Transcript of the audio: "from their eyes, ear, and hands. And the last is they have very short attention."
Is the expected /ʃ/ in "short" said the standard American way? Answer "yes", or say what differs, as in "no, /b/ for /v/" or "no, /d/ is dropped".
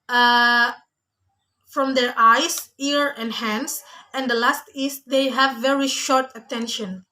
yes